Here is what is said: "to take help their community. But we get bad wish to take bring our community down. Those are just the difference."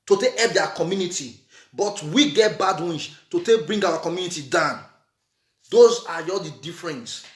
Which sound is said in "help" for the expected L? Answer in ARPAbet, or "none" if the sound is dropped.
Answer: none